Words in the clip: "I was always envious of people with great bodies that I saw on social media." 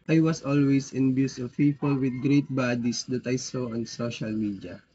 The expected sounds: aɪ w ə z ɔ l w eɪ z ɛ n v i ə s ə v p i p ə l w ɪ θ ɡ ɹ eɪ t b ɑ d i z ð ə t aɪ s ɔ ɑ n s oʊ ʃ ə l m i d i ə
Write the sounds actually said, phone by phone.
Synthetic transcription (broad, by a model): aɪ w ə s ɔ l w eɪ s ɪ n b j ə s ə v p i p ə l w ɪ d ɡ ɹ eɪ t b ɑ d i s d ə t aɪ s ɔ ɑ n s oʊ ʃ ə l m i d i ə